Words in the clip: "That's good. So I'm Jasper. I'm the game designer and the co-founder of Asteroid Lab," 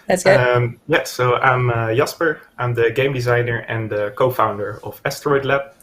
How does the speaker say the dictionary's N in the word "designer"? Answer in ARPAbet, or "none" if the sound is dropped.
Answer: N